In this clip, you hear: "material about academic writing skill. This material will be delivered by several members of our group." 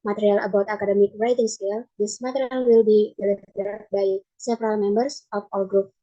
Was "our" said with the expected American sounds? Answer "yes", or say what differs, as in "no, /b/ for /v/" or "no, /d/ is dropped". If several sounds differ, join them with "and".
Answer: no, /l/ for /ɹ/